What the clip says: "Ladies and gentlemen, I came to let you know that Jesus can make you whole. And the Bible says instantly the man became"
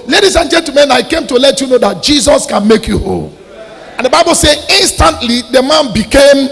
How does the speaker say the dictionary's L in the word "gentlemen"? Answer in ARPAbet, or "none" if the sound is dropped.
none